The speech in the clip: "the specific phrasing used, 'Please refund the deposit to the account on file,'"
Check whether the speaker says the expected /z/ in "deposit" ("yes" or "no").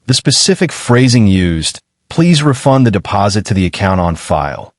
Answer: yes